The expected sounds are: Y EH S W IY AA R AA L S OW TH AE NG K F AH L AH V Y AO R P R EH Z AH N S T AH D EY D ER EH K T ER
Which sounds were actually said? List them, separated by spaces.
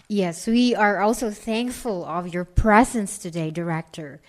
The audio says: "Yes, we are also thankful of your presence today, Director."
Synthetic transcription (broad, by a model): Y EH S W IY AA R AA L S OW TH AE NG K F AH L AH V Y AO R P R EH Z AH N S T AH D EY D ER EH K T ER